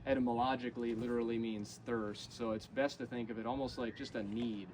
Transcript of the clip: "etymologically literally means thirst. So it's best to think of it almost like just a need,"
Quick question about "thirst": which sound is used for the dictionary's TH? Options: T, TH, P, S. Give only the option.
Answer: TH